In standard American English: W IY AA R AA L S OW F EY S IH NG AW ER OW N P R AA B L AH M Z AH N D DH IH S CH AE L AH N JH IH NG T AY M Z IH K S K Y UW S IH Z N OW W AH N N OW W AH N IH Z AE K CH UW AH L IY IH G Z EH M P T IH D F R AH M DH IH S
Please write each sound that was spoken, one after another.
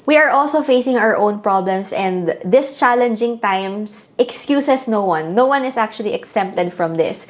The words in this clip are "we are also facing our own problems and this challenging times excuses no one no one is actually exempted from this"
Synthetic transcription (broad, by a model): W IY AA R AA L S OW F EY S IH NG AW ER OW N P R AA B L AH M S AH N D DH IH S CH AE L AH N JH IH NG T AY M S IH K S K Y UW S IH S N OW W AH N N OW W AH N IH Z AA K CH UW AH L IY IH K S EH M P T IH D F R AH M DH IH S